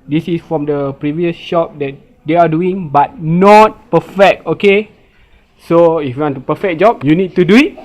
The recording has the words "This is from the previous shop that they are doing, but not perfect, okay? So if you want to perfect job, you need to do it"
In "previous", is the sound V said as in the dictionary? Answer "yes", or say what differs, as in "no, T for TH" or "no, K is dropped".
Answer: yes